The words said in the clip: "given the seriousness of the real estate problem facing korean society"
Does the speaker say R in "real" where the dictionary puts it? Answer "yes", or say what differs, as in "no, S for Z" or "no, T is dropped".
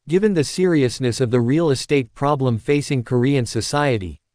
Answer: yes